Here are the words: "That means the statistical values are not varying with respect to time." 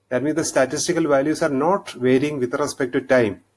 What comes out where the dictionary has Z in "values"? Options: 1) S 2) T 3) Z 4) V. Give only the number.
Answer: 1